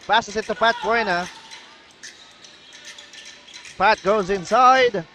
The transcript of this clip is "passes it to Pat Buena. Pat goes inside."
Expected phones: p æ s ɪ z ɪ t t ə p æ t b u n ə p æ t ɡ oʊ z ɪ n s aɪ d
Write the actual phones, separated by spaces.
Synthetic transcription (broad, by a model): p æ s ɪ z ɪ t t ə p æ t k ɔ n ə p æ t ɡ oʊ z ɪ n s aɪ d